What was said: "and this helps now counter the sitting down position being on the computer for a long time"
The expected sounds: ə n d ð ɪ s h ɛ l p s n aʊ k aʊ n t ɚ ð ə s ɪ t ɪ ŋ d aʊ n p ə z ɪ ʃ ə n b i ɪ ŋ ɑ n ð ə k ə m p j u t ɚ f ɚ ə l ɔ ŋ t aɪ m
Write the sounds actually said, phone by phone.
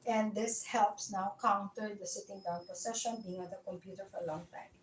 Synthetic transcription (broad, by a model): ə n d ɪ s h ɛ l p s n aʊ k aʊ n t ɚ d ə s ɪ t ɪ ŋ d aʊ n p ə s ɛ ʃ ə n b i ɪ ŋ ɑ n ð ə k ə m p j u t ɚ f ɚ ə l ɔ ŋ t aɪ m